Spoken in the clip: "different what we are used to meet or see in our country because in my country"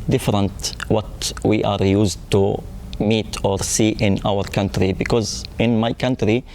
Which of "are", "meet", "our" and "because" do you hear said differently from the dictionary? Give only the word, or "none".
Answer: none